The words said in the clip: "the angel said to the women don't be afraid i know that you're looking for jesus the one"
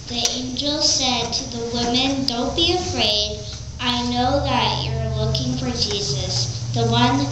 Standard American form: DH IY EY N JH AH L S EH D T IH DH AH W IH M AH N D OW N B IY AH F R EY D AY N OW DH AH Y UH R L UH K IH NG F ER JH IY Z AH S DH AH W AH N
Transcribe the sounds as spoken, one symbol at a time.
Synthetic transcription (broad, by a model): DH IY EY N JH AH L S EH D T IH DH AH W IH M AH N D OW N B IY AH F R EY D AY N OW DH AH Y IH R L UH K IH NG F ER JH IY Z AH S DH AH W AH N